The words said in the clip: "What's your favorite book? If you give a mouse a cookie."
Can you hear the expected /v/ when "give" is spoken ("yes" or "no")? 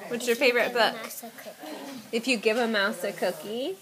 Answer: yes